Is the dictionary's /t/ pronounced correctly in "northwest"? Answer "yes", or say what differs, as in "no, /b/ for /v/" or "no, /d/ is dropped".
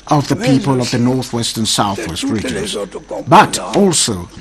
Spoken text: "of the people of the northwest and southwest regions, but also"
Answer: yes